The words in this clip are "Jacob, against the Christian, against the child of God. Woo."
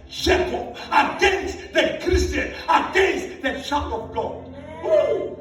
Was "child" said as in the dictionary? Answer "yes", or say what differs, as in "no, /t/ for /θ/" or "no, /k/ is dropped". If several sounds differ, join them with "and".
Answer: no, /l/ is dropped